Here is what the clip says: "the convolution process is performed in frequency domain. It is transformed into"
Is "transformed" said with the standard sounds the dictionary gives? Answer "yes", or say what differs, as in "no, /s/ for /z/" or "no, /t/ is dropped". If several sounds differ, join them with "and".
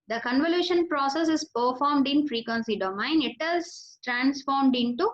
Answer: yes